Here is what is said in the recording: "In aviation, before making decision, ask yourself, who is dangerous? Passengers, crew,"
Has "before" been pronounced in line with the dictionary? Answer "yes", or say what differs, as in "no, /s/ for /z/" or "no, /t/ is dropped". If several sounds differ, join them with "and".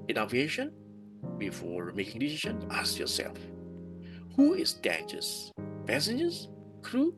yes